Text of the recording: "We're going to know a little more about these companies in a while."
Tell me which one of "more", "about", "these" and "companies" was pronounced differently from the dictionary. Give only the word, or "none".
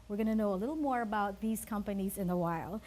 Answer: none